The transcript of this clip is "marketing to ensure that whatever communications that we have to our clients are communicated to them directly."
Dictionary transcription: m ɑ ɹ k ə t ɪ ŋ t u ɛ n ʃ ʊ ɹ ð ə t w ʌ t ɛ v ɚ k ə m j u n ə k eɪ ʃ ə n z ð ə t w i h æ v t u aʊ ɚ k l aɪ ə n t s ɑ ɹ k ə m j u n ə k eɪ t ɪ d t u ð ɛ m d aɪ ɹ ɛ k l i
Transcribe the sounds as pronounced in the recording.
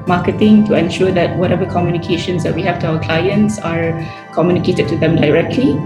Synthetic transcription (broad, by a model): m ɑ k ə t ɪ ŋ t u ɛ n ʃ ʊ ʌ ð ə t w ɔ t ɛ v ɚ k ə m j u n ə k eɪ ʃ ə n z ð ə t w i h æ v t u aʊ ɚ k l aɪ ə n t s ɑ ɹ k ə m j u n ə k eɪ t ɪ d t u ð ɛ m d aɪ ɹ ɛ k l i